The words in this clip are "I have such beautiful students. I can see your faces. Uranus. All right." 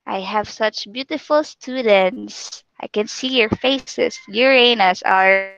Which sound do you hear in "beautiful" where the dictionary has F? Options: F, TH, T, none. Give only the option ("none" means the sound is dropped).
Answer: F